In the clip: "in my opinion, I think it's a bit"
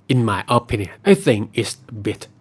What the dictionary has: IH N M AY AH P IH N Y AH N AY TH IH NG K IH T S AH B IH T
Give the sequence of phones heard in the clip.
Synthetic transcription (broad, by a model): IH N M AY AH P IH N Y AH N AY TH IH NG IH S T AH B IH T